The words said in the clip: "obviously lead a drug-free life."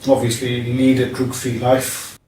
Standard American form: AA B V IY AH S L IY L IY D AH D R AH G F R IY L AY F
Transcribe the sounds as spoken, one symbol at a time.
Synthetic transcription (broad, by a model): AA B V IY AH S L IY N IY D AH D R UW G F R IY L AY F